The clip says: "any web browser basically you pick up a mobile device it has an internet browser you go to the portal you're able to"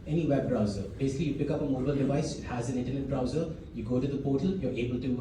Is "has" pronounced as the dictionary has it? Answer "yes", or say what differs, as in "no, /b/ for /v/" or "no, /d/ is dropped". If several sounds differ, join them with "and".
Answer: yes